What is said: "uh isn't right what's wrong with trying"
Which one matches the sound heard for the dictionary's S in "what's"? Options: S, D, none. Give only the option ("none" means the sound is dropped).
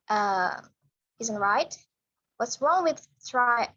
S